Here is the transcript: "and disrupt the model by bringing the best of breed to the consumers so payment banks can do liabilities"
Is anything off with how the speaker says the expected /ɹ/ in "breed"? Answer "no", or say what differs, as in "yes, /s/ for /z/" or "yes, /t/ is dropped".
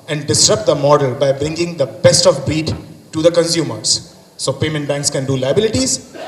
yes, /ɹ/ is dropped